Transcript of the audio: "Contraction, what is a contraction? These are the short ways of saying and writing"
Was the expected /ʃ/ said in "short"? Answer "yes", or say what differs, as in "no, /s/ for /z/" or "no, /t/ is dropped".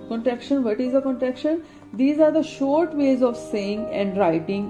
yes